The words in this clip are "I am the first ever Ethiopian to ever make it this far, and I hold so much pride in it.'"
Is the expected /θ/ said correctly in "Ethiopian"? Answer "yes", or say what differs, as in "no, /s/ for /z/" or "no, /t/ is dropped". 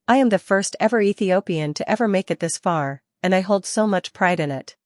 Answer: yes